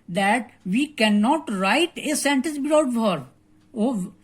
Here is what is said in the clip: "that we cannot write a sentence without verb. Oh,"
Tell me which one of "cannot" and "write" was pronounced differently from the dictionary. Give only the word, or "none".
none